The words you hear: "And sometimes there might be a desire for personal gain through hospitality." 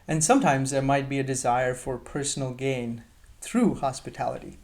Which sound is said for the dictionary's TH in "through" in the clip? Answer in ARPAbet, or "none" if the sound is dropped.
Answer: TH